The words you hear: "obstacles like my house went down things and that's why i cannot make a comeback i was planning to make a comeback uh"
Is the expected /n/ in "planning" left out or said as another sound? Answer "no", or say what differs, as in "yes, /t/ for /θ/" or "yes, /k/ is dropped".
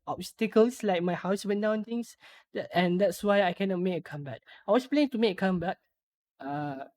yes, /n/ is dropped